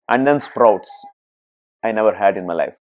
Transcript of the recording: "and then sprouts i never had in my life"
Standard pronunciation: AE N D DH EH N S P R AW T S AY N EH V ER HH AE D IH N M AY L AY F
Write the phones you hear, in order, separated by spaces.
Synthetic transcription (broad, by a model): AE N D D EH N S P R AW T S AY N EH V ER HH AE D IH N M AY L AY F